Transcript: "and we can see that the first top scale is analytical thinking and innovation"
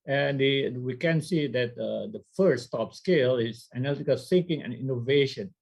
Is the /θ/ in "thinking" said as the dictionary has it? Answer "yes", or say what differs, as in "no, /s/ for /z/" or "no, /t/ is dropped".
no, /s/ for /θ/